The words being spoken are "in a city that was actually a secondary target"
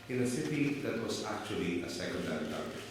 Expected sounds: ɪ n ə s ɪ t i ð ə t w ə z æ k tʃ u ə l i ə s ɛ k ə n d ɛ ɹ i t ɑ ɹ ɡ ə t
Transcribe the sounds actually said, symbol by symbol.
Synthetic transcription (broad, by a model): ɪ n ə s ɪ t i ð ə t w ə s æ k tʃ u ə l i ə s ɛ k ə n d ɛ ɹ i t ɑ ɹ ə